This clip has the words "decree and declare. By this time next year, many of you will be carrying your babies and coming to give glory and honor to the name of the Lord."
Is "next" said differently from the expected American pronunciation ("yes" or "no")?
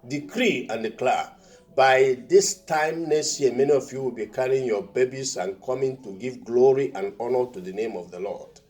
yes